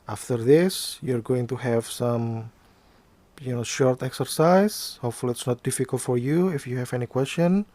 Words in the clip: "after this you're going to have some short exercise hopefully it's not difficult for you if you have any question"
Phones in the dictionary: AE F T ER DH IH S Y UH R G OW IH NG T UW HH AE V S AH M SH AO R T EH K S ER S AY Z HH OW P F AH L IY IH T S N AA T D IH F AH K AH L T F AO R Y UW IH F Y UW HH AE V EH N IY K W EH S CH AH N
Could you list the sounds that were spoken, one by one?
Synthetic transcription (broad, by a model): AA F T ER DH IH S Y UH R G OW IH NG T UW HH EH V S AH M SH AO R T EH K S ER S AY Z HH OW P F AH L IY IH T S N AA T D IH F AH K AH L T F AO R Y UW IH F Y UW HH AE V EH N IY K W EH S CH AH N